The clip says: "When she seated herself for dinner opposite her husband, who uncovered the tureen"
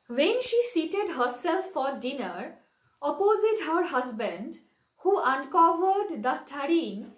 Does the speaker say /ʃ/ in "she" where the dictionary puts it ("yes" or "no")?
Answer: yes